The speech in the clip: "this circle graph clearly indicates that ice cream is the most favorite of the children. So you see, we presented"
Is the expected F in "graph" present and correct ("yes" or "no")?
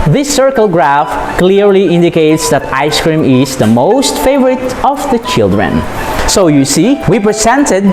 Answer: yes